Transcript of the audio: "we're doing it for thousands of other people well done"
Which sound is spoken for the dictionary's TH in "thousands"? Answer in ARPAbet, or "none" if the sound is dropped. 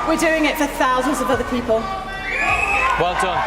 TH